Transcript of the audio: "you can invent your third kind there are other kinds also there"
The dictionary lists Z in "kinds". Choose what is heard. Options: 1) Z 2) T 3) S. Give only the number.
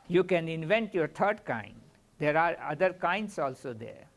3